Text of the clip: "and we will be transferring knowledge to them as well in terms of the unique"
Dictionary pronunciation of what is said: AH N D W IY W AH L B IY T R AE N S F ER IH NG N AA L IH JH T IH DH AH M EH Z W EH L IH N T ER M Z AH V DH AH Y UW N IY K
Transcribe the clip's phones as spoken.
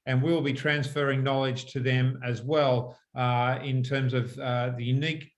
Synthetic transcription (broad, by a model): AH N W IY W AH L B IY T R AE N S F ER IH NG N AA L IH JH T IH DH AH M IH Z W EH L IH N T ER M Z AH V DH AH Y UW N IY K